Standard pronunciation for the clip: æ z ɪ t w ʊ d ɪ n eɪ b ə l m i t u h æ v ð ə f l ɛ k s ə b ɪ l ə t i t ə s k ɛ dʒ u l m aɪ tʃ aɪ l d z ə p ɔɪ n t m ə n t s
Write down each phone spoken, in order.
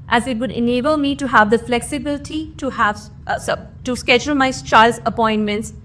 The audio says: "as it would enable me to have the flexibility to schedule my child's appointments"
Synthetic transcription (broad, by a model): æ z ɪ t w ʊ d ɪ n eɪ b ə l m i t u h æ v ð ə f l ɛ k s ə b ɪ l ə t i t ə s k ɛ dʒ u l m aɪ tʃ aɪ l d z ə p ɔɪ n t m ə n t s